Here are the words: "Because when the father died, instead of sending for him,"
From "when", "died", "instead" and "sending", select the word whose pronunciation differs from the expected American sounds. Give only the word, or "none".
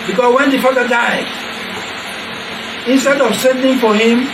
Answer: none